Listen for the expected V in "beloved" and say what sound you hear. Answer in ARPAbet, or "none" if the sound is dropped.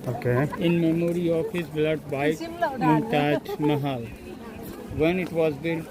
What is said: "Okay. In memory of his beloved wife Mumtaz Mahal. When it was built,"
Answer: none